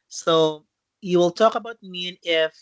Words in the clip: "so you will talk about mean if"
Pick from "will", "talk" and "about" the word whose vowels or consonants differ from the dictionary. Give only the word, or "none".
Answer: none